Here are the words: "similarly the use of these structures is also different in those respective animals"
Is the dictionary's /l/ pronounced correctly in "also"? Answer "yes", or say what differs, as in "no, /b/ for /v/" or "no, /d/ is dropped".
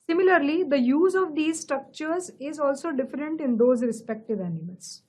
yes